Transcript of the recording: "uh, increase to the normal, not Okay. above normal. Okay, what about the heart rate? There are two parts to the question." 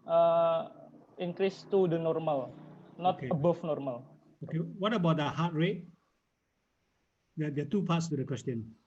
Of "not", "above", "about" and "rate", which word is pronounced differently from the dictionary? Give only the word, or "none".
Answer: above